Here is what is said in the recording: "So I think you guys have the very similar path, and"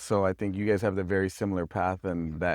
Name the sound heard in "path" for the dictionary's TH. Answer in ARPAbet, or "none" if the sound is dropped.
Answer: TH